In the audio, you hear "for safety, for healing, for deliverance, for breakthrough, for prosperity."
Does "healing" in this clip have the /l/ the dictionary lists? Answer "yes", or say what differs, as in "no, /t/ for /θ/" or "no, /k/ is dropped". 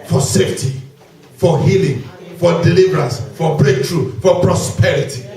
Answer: yes